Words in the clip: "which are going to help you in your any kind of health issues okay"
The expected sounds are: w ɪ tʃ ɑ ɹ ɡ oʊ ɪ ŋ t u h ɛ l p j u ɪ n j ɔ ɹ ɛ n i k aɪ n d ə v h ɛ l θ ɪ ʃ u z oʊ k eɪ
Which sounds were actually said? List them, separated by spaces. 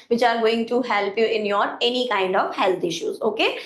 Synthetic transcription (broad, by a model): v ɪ tʃ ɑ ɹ ɡ oʊ ɪ ŋ t u h ɛ l p j u ɪ n j ɔ ɹ ɛ n i k aɪ n d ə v h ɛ l t ɪ ʃ u z oʊ k eɪ